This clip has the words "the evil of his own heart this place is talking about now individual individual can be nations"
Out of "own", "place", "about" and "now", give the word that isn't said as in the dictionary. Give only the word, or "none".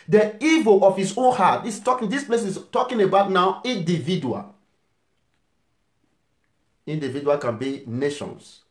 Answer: none